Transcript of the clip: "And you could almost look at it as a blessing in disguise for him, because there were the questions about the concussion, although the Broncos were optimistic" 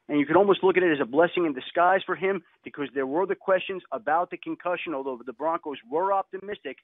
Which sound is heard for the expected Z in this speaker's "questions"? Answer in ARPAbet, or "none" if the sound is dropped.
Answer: Z